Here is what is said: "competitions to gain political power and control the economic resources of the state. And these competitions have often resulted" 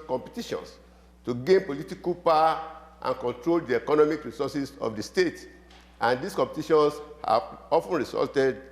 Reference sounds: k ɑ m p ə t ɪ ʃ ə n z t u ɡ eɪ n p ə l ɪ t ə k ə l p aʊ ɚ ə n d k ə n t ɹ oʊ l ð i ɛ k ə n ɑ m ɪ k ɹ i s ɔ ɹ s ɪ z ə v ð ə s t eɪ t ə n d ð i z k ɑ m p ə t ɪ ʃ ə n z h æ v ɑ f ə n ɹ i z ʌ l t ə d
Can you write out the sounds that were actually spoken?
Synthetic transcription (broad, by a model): k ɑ m p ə t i ʃ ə n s t u ɡ eɪ n p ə l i t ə k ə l p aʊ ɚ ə n k ə n t ɹ oʊ l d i ɛ k ə n ɑ m ɪ k ɹ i s ɔ s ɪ s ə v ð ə s t eɪ t ə n d i s k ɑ m p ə t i ʃ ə n s h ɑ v ɑ f ə n ɹ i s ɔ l t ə d